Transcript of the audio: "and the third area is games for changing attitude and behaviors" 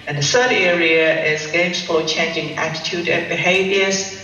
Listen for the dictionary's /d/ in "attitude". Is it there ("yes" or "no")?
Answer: yes